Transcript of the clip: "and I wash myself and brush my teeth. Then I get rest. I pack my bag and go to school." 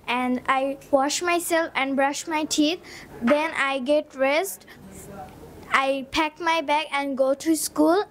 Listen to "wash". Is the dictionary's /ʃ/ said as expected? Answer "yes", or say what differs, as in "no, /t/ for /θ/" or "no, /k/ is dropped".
yes